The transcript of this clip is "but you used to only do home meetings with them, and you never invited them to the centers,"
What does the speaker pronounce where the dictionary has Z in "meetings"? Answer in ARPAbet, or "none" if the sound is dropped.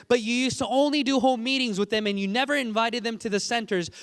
Z